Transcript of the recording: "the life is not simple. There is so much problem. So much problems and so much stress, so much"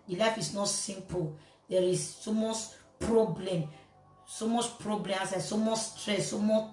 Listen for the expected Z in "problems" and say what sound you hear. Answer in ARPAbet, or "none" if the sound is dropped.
none